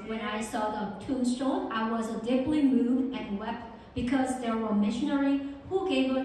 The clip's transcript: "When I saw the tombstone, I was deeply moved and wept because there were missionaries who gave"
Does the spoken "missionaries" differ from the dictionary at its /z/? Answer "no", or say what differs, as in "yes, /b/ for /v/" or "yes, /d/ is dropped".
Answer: yes, /z/ is dropped